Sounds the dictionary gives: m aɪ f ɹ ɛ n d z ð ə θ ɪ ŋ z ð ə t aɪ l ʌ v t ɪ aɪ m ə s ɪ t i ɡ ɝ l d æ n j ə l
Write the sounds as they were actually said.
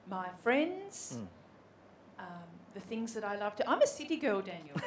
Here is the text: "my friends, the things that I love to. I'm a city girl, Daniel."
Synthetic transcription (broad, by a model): m aɪ f ɹ ɛ n d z ð ə θ ɪ ŋ z ð ə t aɪ l ʌ v t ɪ aɪ m ə s ɪ t i ɡ ɝ l d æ n j l